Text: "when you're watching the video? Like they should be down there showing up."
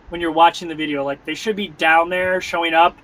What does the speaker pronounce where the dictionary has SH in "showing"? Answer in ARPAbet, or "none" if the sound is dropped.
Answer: SH